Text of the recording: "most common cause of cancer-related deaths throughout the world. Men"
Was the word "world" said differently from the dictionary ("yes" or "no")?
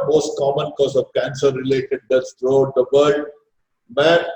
yes